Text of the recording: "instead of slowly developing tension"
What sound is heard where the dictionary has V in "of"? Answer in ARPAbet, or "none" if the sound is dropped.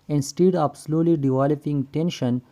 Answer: P